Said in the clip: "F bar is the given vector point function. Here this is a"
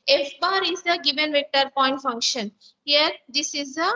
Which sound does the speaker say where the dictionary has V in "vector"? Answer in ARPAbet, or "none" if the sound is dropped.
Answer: V